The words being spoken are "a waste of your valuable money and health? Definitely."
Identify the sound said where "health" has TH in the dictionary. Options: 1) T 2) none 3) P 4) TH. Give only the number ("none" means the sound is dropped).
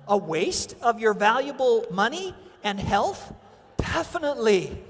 4